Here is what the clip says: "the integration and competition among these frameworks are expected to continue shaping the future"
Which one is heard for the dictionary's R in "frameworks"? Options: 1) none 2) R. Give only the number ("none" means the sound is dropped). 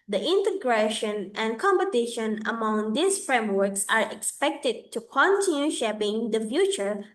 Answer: 2